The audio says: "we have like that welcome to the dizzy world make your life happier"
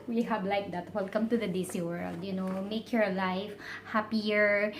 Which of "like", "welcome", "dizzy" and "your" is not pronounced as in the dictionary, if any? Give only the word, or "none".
dizzy